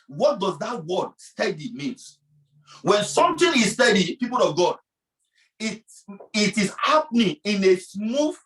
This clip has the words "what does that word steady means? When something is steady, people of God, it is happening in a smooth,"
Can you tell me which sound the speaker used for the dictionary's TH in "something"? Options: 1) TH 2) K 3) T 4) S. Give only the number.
3